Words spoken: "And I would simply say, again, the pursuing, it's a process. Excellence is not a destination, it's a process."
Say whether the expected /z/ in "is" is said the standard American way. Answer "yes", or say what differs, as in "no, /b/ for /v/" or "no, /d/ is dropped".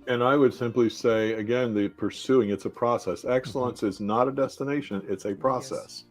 yes